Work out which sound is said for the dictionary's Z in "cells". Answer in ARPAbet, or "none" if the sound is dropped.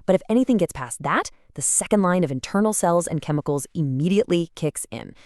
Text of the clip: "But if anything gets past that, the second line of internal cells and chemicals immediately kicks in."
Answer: Z